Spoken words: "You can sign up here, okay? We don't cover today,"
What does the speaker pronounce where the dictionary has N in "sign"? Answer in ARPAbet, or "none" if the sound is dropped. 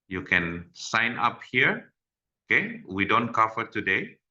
N